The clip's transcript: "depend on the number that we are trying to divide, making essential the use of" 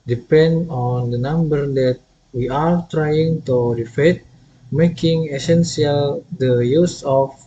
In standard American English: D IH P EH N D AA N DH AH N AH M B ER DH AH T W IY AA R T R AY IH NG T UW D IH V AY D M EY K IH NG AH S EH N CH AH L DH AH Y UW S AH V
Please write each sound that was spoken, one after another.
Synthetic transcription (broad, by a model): D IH P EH N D AA N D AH N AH M B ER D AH T W IY AA R T R AY IH NG T UW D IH F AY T M EY K IH NG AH S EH N S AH L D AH Y UW S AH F